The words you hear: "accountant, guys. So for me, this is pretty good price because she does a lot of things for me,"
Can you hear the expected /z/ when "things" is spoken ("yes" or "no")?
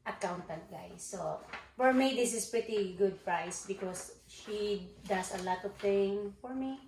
no